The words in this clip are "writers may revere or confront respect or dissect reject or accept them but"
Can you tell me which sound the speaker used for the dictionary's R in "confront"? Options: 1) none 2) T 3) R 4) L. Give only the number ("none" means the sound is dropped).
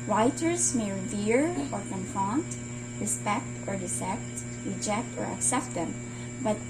1